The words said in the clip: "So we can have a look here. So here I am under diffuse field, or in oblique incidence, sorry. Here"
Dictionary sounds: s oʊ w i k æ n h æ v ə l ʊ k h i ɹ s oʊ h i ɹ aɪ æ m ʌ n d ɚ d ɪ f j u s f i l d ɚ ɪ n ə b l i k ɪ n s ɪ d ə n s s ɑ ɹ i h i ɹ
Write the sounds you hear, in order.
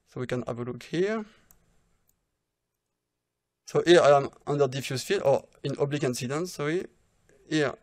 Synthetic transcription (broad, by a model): s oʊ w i k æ n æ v ə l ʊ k h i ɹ s oʊ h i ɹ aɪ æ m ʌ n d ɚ d ɪ f j u s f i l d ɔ ɪ n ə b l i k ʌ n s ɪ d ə n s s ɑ i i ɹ